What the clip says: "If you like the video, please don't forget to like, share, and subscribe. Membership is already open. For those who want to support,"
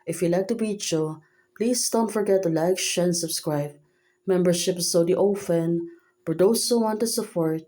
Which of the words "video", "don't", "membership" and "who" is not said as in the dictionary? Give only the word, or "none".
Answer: video